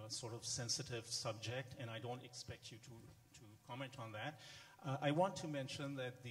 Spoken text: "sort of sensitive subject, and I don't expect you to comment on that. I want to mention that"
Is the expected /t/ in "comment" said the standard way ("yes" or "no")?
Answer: yes